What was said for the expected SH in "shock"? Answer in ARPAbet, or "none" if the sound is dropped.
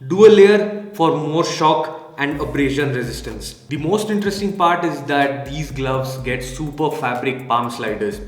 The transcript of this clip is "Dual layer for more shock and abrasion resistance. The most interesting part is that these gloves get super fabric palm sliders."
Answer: SH